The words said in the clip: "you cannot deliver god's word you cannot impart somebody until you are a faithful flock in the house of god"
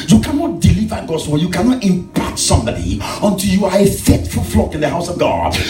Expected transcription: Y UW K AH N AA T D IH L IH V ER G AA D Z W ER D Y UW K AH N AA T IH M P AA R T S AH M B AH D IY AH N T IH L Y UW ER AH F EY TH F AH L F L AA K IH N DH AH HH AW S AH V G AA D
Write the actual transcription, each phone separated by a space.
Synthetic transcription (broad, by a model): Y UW K AH N AA T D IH L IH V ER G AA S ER Y UW K AH N AA T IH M P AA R T S AH M B AH D IY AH N T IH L Y UW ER AH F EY T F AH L F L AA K IH N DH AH HH AW S AH V G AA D